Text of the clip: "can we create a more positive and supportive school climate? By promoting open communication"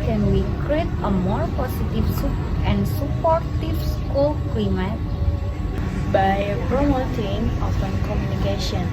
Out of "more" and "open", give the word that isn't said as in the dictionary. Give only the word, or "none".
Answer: open